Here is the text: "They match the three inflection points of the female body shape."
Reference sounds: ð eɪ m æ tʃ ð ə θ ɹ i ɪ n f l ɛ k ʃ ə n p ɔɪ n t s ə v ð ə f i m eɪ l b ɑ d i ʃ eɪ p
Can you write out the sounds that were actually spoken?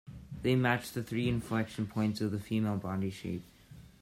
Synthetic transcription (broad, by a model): ð eɪ m æ tʃ ð ə θ ɹ i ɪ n f l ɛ k ʃ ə n p ɔɪ n t s ə v ð ə f i m eɪ l b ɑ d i ʃ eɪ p